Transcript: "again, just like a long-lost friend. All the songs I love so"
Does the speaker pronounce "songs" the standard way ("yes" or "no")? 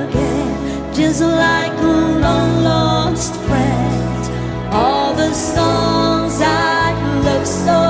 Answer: yes